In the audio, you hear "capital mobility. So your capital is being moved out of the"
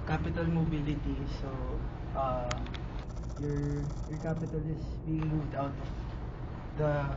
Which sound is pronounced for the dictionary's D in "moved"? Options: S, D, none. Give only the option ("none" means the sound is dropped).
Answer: D